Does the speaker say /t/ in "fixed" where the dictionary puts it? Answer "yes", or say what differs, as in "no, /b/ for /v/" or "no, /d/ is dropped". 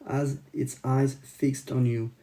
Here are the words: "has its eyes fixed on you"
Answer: yes